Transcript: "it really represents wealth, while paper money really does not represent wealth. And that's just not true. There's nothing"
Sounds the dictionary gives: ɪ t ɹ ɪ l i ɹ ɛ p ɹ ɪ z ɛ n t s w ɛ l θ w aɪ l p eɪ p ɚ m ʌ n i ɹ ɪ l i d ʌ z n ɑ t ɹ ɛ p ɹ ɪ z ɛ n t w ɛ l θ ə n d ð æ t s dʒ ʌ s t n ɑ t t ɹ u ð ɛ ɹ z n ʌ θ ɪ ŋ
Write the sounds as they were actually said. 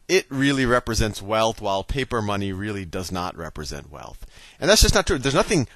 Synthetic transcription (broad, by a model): ɪ t ɹ ɪ l i ɹ ɛ p ɹ ɪ z ɛ n t s w ɛ l θ w aɪ l p eɪ p ɚ m ʌ n i ɹ ɪ l i d ʌ z n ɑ t ɹ ɛ p ɹ ɪ z ɛ n t w ɛ l θ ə n ð æ t s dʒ ʌ s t n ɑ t t ɹ u ð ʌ ɹ z n ʌ θ ɪ ŋ